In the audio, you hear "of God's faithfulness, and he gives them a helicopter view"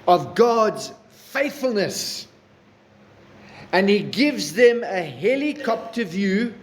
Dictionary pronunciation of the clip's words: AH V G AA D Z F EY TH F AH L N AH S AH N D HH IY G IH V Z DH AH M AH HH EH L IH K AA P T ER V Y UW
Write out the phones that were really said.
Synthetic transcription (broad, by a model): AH V G AA D Z F EY TH F AH L N AH S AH N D HH IY G IH V Z DH AH M AH HH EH L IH K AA P T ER V Y UW